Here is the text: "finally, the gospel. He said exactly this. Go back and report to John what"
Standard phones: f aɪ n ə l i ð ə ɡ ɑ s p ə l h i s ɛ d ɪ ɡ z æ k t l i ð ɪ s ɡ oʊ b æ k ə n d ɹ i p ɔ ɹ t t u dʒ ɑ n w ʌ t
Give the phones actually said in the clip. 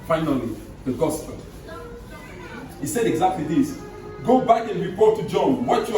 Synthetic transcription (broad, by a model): f aɪ n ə l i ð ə ɡ ɑ s p ə l h i s ɛ d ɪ ɡ z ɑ k t l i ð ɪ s ɡ oʊ b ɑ k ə n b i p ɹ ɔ t u dʒ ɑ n w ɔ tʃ